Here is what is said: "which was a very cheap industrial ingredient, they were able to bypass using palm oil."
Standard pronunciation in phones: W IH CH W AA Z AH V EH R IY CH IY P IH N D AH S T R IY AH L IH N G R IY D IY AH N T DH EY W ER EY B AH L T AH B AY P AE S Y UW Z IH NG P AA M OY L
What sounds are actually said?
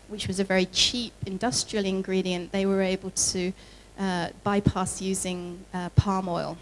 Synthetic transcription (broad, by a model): W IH CH W AA Z AH V EH R IY CH IY P IH N D AH S T R IY AH L IH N G R IY D IY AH N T DH EY W ER EY B AH L T AH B AY P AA S Y UW Z IH NG P AA M OY L